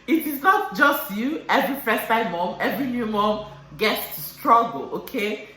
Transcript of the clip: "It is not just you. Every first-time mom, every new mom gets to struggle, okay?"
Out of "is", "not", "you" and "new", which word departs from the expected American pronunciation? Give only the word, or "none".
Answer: is